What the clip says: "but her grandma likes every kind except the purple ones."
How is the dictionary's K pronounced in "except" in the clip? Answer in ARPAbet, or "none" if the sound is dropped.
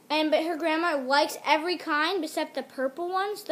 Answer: none